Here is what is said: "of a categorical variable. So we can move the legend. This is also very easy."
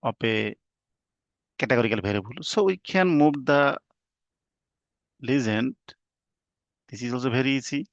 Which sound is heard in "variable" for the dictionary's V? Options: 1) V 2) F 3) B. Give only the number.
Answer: 3